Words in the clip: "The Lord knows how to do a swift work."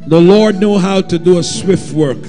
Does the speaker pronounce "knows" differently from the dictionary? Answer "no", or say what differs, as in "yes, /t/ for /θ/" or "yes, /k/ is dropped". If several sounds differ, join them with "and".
yes, /z/ is dropped